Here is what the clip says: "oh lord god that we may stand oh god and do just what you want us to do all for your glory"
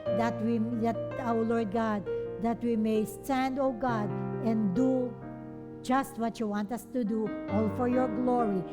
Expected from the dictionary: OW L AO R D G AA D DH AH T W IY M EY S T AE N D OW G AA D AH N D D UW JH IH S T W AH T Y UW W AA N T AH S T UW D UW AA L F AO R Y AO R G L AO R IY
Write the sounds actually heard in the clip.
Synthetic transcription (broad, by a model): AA L AO R D G AA D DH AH T W IY M EY S T AE N D OW G AA D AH N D D UW JH IH S T W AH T Y UW W AA N T AH S T UW D UW AA L F AO R Y AO R G L AO R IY